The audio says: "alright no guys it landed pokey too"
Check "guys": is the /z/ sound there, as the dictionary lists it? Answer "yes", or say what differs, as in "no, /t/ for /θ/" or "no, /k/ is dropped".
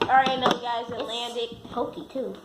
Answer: yes